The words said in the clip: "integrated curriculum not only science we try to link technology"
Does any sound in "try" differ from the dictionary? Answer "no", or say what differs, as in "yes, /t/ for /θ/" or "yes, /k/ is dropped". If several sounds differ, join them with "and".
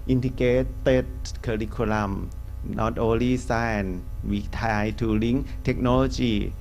yes, /ɹ/ is dropped